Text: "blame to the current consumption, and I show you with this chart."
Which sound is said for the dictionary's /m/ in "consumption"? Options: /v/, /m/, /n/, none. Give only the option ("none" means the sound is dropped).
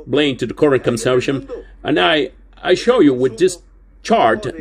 none